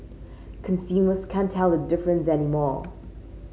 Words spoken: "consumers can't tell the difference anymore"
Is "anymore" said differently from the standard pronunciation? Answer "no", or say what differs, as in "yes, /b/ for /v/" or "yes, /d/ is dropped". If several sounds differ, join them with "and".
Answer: no